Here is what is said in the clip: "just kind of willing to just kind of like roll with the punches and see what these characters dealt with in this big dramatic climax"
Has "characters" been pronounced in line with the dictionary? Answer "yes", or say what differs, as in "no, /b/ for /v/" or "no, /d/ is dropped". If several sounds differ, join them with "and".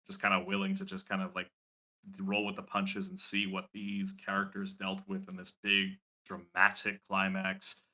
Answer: yes